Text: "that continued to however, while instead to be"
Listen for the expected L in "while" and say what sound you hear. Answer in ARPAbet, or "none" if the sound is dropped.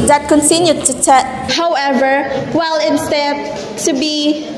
L